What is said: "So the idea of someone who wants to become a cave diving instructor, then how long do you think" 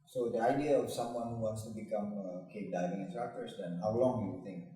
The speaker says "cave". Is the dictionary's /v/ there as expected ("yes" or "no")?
no